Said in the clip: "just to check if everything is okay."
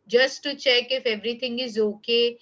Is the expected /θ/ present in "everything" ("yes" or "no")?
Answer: no